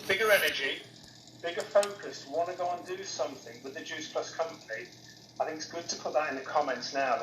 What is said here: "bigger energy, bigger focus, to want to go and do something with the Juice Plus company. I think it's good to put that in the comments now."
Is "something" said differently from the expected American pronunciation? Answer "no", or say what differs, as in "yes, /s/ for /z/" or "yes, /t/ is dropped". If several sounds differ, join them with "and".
no